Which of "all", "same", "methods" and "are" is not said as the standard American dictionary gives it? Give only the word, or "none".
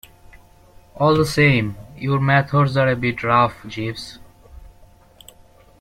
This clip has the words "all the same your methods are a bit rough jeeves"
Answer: methods